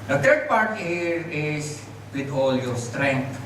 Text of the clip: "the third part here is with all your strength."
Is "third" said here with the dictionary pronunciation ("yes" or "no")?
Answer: no